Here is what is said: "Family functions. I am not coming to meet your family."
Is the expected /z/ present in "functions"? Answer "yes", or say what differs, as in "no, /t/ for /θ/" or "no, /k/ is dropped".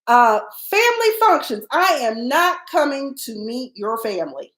yes